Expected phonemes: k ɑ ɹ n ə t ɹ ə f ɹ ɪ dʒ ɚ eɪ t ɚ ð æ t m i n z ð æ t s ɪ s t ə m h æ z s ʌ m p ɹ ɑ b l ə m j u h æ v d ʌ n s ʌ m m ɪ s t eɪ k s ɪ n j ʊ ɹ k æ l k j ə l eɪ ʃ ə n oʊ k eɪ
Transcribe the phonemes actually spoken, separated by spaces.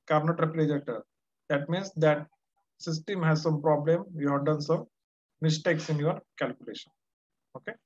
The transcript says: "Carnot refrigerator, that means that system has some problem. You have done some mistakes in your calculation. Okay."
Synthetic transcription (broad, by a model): k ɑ ɹ n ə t ɹ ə p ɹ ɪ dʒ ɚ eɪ t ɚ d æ t m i n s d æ t s ɪ s t ə m h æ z s ʌ m p ɹ ɑ b l ə m j u h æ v d ʌ n s ʌ m m ɪ s t eɪ k s ɪ n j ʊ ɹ k æ l k j ə l eɪ ʃ ə n oʊ k eɪ